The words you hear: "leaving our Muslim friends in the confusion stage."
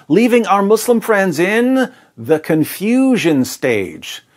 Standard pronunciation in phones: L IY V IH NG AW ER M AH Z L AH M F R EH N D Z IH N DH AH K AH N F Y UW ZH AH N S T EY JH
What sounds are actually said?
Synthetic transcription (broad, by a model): L IY V IH NG AW ER M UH S L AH M F R EH N D Z IH N DH AH K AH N F Y UW ZH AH N S T EY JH